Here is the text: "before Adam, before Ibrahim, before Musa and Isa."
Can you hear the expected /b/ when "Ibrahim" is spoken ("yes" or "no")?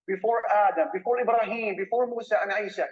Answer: yes